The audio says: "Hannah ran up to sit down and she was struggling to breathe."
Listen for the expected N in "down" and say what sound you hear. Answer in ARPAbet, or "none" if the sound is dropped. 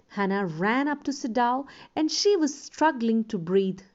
none